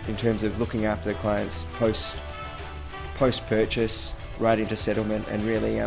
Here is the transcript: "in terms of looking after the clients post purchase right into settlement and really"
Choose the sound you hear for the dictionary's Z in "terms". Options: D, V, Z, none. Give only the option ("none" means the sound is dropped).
Z